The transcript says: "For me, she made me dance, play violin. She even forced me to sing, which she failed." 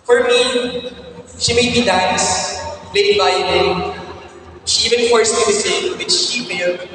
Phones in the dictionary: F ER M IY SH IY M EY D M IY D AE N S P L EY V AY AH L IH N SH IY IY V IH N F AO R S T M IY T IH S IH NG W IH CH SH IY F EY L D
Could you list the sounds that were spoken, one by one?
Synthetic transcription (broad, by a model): F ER M IY SH IY M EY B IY D AE N S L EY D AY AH N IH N SH IY IY V IH N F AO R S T M IY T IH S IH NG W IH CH SH IY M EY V